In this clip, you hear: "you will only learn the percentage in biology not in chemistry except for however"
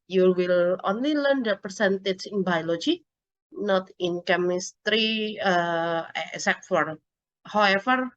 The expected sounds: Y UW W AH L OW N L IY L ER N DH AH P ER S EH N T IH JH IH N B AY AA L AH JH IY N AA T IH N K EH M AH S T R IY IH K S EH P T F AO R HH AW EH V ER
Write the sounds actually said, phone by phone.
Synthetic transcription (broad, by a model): Y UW W AH L OW N L IY L ER N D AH P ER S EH N T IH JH IH N B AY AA L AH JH IY N AA T IH N K EH M AH S T R IY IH S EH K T F AO R HH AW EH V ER